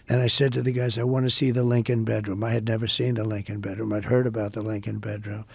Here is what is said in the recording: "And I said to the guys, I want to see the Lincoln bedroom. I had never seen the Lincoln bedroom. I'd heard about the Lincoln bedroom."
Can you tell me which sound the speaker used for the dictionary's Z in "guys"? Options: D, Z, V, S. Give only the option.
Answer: Z